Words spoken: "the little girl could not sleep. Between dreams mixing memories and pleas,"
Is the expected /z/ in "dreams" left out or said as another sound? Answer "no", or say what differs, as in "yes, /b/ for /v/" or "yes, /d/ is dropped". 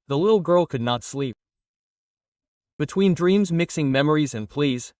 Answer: no